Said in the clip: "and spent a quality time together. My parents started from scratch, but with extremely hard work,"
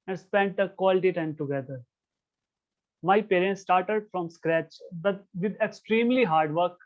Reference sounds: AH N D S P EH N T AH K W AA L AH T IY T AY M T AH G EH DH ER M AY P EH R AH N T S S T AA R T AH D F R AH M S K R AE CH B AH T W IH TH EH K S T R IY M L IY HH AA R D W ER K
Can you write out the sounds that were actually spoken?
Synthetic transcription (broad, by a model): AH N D S P EH N T AH K W AA L AH T IY T AY M T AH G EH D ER M AY P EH R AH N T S S T AA R T AH D F R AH M S K R AE CH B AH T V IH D EH K S T R IY M L IY HH AA R D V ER K